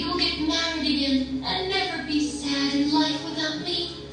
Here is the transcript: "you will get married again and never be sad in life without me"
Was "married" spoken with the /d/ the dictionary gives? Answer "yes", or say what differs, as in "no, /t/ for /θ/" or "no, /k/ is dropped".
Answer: yes